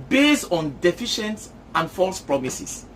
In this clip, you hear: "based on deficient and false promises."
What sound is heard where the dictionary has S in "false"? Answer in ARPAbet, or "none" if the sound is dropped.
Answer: S